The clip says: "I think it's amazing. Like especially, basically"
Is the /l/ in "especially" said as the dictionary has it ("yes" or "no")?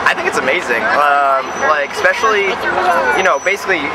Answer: no